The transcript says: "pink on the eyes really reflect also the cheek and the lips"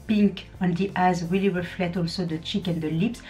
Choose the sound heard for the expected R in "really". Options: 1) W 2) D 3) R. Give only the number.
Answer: 1